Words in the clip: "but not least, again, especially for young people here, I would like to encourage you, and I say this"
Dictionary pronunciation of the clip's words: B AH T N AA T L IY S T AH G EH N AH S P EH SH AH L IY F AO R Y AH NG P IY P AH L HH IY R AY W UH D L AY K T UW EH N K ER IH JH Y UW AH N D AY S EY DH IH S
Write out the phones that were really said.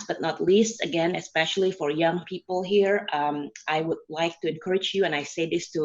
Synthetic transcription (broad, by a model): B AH T N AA T L IY S T AH G EH N AH S P EH SH AH L IY F AO R Y AH NG P IY P AH L HH IY R AY W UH D L AY K T UW EH N K ER IH JH Y UW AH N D AY S EY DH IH S